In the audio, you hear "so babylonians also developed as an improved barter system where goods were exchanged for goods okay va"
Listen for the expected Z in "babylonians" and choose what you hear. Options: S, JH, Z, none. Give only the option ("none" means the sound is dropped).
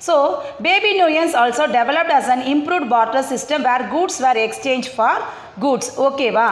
S